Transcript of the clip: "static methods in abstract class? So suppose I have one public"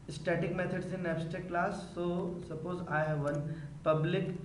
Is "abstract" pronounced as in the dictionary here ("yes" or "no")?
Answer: no